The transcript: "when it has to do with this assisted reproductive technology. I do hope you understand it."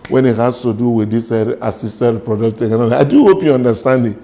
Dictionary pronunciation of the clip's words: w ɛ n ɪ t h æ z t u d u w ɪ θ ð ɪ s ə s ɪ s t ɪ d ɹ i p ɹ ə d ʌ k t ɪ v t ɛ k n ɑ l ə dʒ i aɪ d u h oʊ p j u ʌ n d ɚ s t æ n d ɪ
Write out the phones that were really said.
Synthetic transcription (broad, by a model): w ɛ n ɪ t h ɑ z t u d u w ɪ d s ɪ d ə s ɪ s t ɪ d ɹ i p ɹ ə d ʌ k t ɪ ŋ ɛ n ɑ ə i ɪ d u h oʊ p j u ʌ n d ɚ s t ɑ n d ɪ